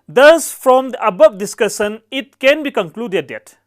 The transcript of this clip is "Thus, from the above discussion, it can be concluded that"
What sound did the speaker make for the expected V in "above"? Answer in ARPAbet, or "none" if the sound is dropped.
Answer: P